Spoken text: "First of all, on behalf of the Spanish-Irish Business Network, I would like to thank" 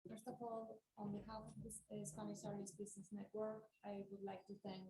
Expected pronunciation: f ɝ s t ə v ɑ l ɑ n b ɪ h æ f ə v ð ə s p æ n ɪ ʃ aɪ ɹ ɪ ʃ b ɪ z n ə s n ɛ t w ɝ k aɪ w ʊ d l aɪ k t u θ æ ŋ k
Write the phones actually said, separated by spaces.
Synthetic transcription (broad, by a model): f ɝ s t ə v ɑ l ɑ n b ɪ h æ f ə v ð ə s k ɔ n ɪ s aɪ ɹ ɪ s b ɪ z n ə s n ɛ t w ɝ k aɪ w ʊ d l aɪ k t u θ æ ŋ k